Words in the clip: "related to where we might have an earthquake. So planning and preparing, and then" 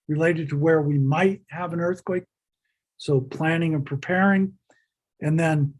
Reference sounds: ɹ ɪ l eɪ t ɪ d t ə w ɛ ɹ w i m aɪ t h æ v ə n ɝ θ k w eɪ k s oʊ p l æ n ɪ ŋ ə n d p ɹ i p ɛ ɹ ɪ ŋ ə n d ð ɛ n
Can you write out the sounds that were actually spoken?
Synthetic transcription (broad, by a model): ɹ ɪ l eɪ t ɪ d t ə w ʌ ɹ w i m aɪ t h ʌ v ə n ɝ θ k w eɪ k s oʊ p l æ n ɪ ŋ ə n p ɹ i p ɛ ɹ ɪ ŋ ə n ð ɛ n